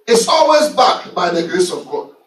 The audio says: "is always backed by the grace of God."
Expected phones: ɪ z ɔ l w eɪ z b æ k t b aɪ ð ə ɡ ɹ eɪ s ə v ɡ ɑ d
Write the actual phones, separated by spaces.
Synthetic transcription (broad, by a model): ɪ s ɔ l w eɪ z b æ k b aɪ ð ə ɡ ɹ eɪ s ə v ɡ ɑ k